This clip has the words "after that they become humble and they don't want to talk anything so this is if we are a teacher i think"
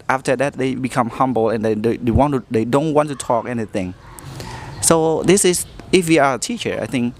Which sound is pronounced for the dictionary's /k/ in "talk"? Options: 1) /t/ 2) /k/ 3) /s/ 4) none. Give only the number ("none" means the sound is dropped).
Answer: 2